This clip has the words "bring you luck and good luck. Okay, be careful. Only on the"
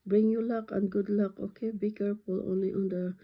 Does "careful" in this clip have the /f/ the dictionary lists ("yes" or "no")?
no